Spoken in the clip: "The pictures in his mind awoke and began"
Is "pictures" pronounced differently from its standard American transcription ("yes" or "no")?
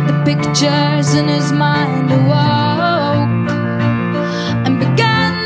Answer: no